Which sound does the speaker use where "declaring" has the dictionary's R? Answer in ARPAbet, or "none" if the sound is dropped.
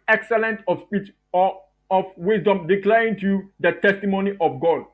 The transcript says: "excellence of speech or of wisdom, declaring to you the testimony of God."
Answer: none